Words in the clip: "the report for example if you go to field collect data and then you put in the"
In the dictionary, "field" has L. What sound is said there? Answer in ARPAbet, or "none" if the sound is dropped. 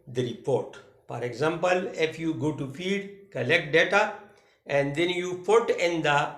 none